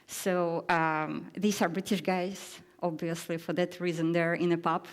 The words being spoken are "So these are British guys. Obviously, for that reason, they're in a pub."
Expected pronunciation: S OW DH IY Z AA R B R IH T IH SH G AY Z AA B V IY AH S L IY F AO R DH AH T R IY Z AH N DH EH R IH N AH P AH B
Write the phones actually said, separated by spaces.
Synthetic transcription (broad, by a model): S OW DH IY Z AA R B R IH T IH SH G AY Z AA B V IY AH S L IY F AO R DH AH T R IY Z AH N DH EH R IH N AH P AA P